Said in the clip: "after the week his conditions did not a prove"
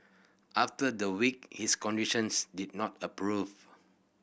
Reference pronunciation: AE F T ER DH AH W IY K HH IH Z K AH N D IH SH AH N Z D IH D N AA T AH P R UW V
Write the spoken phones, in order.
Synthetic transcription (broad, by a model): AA F T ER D AH W IY K HH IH S K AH N D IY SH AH N S D IH D N AA T AH P R UW V